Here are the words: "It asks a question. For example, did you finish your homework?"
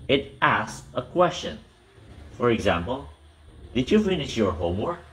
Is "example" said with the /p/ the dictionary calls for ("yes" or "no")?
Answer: yes